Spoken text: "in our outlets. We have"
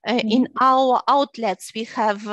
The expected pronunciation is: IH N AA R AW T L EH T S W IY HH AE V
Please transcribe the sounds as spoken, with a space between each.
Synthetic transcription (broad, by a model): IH N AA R AW T L EH T S W IY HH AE V